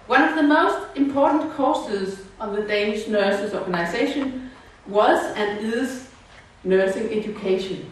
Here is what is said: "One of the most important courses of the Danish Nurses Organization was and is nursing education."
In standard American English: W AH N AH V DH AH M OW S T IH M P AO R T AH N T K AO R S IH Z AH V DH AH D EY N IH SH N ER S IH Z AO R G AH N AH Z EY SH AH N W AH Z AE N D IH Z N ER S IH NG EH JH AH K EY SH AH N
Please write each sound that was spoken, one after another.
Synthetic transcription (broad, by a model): W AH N AH V DH AH M OW S T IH M P AO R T N K AO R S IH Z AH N DH AH D EY N IH SH N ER S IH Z AO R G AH N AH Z EY SH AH N W AH Z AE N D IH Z N ER S IH NG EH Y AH K EY SH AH N